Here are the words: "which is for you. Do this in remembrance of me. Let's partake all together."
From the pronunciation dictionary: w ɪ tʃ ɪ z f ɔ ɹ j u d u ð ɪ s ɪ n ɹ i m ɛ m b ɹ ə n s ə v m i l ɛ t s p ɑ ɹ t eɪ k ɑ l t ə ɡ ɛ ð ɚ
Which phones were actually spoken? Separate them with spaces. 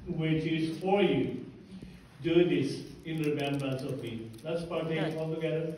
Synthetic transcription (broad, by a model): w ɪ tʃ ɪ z f ɔ ɹ j u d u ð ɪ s ɪ n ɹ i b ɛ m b ə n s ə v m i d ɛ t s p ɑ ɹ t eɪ ɑ l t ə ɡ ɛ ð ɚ